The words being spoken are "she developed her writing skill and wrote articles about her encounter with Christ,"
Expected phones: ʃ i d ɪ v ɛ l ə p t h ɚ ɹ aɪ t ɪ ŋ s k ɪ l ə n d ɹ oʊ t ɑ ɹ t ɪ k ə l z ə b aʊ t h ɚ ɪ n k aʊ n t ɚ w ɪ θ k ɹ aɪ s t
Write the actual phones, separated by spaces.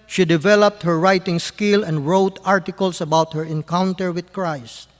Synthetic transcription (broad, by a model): ʃ i d ɪ v ɛ l ə p t h ɚ ɹ aɪ t ɪ ŋ s k ɪ l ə n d ɹ oʊ t ɑ ɹ t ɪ k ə l s ə b aʊ t h ɚ ɪ n k aʊ n t ɚ w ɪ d k ɹ aɪ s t